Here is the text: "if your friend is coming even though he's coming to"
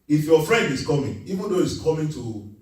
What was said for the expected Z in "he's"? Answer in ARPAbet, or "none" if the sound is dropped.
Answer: S